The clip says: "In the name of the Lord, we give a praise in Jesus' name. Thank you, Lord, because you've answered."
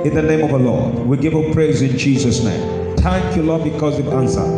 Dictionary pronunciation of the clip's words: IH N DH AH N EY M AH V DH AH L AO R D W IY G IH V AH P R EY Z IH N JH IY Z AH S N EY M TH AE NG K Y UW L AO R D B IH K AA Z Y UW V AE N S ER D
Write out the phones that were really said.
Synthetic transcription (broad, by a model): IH N DH AH N EY M AH V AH L AO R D W IY G IH V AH P R EY Z IH N JH IY Z AH S N EY M T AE K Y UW L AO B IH K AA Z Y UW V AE N S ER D